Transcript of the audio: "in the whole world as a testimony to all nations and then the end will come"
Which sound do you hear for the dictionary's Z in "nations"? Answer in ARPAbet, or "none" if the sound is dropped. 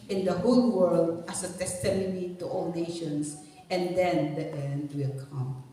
S